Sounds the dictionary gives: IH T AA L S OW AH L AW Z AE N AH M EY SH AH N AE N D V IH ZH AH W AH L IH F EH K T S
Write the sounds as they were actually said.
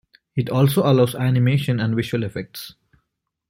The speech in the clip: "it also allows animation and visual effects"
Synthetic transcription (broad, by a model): IH T AA L S OW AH L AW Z AE N AH M EY SH AH N AE N D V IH SH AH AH L IH F EH K T S